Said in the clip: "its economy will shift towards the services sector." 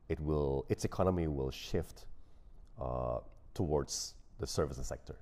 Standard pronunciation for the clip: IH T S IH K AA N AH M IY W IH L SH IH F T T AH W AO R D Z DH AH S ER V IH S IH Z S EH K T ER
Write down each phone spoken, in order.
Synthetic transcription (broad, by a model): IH T S IH K AA N AH M IY W IH L SH IH F T T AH W AO R D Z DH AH S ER V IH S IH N S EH K T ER